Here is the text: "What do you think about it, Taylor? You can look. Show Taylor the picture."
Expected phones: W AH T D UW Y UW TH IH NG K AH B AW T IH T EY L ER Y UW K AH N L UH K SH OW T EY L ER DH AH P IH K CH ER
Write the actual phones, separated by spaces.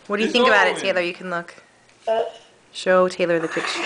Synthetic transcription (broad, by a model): W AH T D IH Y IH TH IH NG K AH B AW T IH T EY L ER Y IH K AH N L UH K SH OW T EY L ER DH AH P IH K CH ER